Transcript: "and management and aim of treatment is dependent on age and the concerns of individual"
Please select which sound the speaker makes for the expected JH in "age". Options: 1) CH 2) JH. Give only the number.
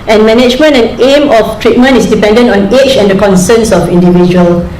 1